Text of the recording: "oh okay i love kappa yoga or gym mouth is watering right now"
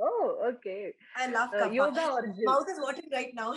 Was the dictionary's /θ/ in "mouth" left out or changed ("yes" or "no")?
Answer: yes